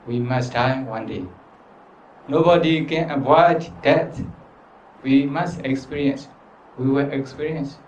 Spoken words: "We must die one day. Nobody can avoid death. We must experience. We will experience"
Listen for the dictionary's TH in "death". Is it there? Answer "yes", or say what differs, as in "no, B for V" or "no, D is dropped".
no, T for TH